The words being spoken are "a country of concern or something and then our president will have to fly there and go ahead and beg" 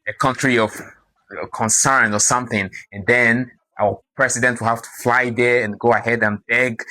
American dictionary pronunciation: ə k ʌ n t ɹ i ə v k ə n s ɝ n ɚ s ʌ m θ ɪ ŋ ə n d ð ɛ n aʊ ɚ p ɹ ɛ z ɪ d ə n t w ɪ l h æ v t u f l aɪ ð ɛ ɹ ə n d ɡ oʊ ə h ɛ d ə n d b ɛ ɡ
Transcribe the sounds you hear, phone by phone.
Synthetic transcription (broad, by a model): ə k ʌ n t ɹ i ə v k ə n s ɝ n ɚ s ʌ m θ ɪ ŋ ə n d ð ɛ n aʊ ɚ p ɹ ɛ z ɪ d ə n t w ɪ l h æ f t u f l aɪ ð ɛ ɹ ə n ɡ oʊ ə h ɛ d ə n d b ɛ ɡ